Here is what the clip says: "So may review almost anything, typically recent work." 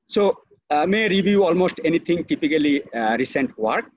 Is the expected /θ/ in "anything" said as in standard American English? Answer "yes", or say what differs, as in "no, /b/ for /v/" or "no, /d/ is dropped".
no, /t/ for /θ/